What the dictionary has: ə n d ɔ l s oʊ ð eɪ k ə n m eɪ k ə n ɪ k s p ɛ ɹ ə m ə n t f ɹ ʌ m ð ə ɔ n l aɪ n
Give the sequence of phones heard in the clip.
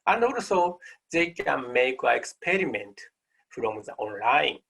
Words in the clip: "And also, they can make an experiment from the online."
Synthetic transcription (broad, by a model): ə n d ɔ l s oʊ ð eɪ k ə n m eɪ k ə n ɪ k s p ɛ ɹ ə m ə n t f ɹ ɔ m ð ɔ n l aɪ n